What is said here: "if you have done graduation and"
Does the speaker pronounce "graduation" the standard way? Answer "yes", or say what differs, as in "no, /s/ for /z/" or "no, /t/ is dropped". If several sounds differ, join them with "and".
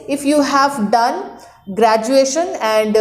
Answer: yes